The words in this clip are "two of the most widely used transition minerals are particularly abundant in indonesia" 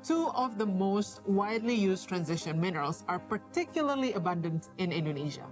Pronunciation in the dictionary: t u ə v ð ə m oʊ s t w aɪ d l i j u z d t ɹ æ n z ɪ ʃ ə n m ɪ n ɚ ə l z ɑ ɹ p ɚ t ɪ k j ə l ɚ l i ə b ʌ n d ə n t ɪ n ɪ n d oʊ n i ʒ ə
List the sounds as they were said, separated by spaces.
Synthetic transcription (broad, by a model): t u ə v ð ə m oʊ s t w aɪ d l i j u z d t ɹ æ n z ɪ ʃ ə n m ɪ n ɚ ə l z ɑ ɹ p ɚ t ɪ k j ə l ɚ l i ə b ʌ n d ə n t ɪ n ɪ n d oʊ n i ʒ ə